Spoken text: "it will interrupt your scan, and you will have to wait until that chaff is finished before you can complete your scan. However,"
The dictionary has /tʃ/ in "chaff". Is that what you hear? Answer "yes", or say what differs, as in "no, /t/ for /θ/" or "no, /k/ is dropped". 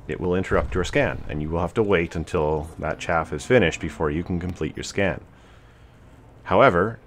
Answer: yes